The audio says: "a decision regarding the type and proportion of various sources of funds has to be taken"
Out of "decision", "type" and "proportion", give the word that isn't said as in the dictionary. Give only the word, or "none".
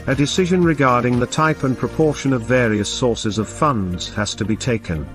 none